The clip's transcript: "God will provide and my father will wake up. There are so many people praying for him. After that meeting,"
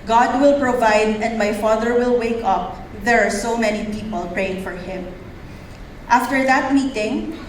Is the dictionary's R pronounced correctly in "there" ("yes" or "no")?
yes